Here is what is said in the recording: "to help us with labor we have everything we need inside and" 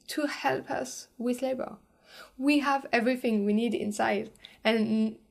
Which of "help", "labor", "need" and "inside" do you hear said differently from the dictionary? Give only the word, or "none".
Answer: none